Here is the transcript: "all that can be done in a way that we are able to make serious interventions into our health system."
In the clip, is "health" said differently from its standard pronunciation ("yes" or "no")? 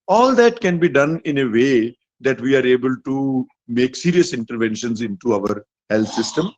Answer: yes